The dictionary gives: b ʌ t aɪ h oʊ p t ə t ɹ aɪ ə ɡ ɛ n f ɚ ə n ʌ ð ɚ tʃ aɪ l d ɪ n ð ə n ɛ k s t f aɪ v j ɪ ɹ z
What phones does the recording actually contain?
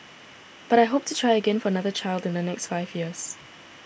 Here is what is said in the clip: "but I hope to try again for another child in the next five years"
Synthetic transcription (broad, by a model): b ʌ t aɪ h oʊ p t ə t ɹ aɪ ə ɡ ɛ n f ɚ ə n ʌ ð ɚ tʃ aɪ l d ɪ n ð ə n ɛ k s t f aɪ v j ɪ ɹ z